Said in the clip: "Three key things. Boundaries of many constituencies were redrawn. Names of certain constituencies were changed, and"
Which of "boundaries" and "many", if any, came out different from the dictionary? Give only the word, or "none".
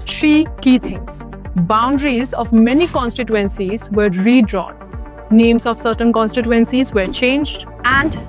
none